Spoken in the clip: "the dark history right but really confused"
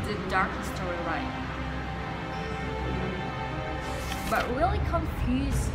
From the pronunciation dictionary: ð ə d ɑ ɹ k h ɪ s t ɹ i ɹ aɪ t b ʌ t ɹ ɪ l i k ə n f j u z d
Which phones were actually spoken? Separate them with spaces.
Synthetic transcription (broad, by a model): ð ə d ɑ ɹ k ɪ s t i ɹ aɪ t b ʌ t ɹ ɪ l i k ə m f j u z